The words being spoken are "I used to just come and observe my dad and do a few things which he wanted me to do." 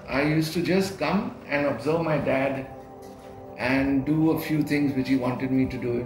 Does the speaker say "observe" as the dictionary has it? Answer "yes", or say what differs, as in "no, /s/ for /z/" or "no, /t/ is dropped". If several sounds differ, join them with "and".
yes